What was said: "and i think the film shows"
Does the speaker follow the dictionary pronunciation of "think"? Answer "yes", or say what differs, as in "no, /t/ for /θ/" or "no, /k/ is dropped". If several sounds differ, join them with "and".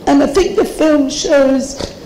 yes